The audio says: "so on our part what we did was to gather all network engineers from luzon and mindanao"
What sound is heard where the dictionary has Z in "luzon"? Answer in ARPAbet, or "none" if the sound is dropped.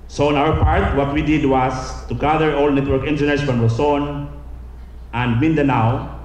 S